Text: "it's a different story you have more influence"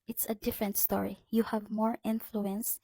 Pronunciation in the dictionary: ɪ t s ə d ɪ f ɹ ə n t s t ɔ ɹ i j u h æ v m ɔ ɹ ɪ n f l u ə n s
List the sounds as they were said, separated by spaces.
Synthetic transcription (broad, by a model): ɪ t s ə d ɪ f ɹ ə n t s t ɔ ɹ i j u h æ v m ɔ ɹ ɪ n f l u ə n s